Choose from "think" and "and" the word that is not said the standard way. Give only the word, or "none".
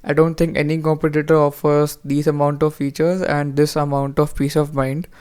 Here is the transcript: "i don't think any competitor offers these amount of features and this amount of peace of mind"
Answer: think